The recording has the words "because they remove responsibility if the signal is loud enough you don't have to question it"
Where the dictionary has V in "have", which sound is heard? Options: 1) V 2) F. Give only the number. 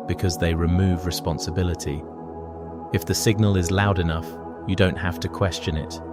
2